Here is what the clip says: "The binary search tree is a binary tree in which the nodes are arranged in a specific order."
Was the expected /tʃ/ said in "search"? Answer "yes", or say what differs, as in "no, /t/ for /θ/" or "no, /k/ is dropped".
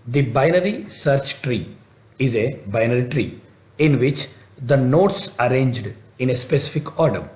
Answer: yes